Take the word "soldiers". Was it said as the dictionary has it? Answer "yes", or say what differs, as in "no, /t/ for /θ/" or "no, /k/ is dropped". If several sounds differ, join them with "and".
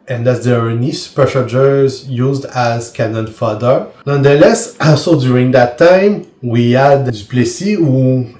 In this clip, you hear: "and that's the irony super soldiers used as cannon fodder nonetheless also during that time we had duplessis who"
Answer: no, /ʃ/ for /s/ and /l/ is dropped